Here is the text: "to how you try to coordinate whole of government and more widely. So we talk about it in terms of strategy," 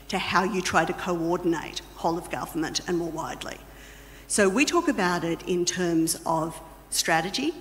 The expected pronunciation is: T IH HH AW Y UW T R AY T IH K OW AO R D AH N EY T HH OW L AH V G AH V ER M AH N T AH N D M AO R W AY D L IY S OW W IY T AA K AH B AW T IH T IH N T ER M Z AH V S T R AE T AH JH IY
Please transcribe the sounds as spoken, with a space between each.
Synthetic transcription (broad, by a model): T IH HH AW Y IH T R AY T IH K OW AO R D N EY T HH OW L AH V G AH V ER M AH N T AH N M AO R W AY D L IY S OW W IY T AA K AH B AW T IH T IH N T ER M Z AH V S T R AE T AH JH IY